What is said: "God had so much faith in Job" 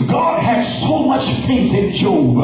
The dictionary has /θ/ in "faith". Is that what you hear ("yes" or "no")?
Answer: yes